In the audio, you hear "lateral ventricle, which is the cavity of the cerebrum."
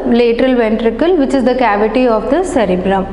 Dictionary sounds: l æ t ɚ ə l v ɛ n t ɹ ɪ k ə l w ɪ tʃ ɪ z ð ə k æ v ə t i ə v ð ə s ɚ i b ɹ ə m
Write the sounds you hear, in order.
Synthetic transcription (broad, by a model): l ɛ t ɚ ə l v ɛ n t ɹ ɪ k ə l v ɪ tʃ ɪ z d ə k æ v ə t i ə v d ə s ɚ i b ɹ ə m